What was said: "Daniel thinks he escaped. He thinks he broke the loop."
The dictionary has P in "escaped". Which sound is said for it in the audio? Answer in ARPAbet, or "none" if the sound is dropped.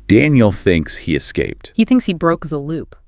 P